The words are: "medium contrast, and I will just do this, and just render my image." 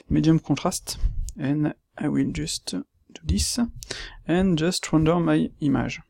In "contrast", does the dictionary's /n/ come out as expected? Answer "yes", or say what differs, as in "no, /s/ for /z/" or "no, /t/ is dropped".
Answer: no, /n/ is dropped